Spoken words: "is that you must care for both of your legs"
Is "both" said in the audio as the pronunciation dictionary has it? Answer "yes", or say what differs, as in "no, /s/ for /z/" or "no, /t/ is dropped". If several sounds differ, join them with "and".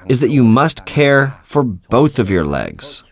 yes